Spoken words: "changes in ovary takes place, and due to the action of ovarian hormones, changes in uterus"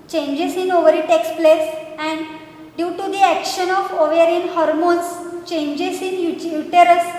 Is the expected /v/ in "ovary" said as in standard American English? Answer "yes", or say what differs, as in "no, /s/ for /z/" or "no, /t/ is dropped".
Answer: yes